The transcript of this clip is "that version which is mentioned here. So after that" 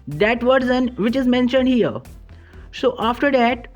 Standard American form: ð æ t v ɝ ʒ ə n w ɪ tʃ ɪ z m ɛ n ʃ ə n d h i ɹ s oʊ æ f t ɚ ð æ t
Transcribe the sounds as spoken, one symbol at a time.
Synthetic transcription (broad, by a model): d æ t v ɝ z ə n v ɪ tʃ ɪ z m ɛ n ʃ ə n d h i ɹ s oʊ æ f t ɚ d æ t